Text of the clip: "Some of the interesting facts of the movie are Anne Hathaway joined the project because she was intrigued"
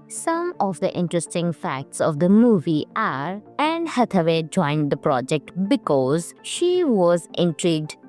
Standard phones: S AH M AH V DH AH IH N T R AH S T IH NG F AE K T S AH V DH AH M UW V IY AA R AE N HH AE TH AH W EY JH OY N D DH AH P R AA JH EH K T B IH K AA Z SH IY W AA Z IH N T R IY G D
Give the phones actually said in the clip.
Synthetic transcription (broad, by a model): S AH M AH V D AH IH N T R AH S T IH NG F AE K T S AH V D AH M UW V IY AA R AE N HH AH T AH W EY JH OY N D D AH P R AA JH EH K T B IH K AA Z SH IY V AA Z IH N T R IY G D